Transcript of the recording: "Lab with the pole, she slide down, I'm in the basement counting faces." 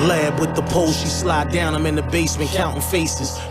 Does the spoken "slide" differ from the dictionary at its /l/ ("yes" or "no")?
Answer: no